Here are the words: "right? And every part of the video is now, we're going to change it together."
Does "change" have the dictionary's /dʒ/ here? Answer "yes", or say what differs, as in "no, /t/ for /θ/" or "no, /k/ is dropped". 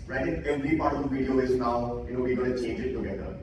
yes